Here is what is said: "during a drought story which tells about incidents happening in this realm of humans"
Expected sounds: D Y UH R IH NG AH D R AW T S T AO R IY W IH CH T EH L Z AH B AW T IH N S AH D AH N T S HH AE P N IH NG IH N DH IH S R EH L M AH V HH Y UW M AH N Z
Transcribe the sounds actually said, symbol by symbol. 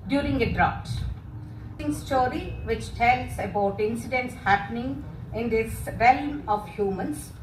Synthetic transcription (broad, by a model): D Y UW R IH NG AH D R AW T S T AO R IY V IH CH T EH L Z AH B AW T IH N S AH D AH N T S HH AE P N IH NG IH N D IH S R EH L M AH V HH Y UW M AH N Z